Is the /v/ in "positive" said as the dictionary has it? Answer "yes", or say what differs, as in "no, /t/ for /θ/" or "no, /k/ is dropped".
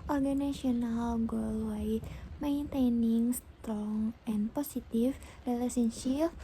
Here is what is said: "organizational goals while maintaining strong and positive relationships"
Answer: no, /f/ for /v/